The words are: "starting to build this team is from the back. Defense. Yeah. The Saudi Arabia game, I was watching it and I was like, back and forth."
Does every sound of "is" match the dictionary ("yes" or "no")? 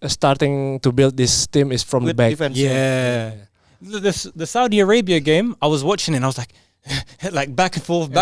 no